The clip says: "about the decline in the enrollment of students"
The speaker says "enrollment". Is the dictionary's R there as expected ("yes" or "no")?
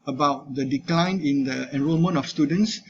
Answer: yes